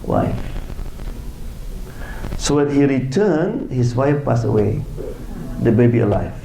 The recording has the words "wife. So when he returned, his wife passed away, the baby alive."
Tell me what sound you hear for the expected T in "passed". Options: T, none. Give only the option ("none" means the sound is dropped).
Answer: none